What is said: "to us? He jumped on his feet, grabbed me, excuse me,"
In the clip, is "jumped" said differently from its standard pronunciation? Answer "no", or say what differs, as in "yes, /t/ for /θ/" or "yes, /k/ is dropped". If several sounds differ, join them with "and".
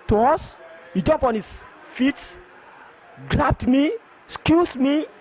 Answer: yes, /t/ is dropped